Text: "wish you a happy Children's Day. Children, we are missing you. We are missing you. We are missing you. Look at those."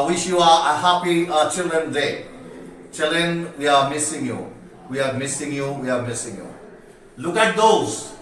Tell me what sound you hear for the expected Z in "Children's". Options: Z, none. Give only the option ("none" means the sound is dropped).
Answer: none